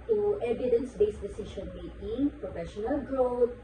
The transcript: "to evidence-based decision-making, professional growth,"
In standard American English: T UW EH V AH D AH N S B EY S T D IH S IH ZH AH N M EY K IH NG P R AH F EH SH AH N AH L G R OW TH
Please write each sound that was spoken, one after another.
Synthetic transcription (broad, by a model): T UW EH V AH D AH N S B EY S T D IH S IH SH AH N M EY IH P R AH F EH SH AH N AH L G R OW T